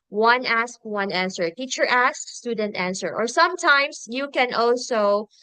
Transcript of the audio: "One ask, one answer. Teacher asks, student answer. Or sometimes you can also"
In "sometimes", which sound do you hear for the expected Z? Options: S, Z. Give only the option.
S